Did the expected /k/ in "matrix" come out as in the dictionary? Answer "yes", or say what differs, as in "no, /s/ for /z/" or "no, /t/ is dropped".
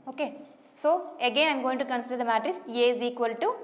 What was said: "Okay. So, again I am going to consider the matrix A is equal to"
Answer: no, /k/ is dropped